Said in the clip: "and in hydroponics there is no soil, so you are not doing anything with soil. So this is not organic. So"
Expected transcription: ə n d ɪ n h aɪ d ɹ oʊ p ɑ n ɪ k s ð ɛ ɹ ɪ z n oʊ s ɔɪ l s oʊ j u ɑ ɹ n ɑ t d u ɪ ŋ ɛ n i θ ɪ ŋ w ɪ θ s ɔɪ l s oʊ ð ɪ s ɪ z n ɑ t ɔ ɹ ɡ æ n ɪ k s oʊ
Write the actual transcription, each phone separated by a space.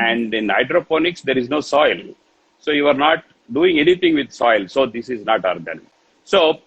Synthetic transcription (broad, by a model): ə n d ɪ n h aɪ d ɹ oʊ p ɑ n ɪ k s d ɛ ɹ ɪ z n oʊ s ɔɪ l s oʊ j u ɑ ɹ n ɑ t d u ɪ ŋ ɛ n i t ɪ ŋ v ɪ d s ɔɪ l s oʊ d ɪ s ɪ z n ɑ t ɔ ɹ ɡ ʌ n s oʊ